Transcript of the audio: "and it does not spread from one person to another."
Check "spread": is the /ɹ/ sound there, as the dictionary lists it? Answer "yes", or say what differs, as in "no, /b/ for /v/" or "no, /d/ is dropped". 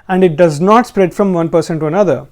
yes